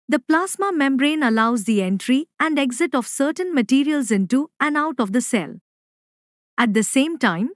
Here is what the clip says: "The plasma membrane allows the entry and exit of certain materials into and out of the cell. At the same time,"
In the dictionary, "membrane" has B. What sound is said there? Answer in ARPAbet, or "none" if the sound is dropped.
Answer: B